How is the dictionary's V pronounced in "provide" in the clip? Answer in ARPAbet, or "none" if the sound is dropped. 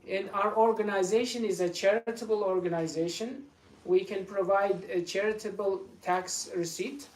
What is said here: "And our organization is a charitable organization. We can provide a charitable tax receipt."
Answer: V